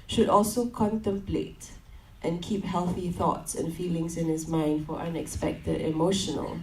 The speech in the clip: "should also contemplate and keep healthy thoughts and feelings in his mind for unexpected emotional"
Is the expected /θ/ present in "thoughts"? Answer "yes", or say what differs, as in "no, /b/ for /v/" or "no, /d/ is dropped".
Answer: yes